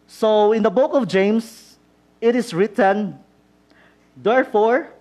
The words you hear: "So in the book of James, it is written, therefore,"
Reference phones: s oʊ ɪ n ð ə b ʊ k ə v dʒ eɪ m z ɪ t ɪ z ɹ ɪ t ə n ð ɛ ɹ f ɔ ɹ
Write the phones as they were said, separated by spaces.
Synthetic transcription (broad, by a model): s oʊ ɪ n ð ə b ʊ k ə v dʒ eɪ m s ɪ t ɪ s ɹ ɪ t ə n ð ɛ ɹ f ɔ ɹ